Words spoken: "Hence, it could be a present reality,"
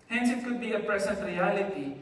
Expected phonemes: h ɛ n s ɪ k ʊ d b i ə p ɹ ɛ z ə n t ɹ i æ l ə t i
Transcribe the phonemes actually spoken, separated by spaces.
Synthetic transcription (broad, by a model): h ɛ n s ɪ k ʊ b i ə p ɹ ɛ s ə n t ɹ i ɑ l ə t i